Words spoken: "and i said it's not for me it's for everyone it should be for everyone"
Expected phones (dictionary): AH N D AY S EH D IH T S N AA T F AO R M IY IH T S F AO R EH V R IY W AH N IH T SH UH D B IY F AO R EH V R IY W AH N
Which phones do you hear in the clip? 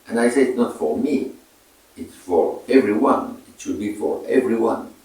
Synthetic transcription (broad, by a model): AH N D AY S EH IH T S N AA T F AO R M IY IH T S F AO R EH V R IY W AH N IH T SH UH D B IY F AO R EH V R IY W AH N